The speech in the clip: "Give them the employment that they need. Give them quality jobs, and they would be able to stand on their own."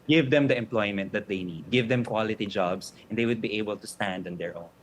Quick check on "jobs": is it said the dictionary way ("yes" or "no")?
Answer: no